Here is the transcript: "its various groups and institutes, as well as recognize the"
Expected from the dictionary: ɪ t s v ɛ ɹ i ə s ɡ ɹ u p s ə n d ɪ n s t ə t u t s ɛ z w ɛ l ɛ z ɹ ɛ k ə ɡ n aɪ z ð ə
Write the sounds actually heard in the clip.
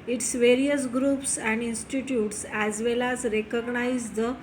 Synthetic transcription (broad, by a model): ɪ t s v ɛ ɹ i ə s ɡ ɹ u p s ə n d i n s t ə t u t s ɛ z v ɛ l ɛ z ɹ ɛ k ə ɡ n aɪ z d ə